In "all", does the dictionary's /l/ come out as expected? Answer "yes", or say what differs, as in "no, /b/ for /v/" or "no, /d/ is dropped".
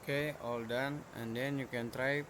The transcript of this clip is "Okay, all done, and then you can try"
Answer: yes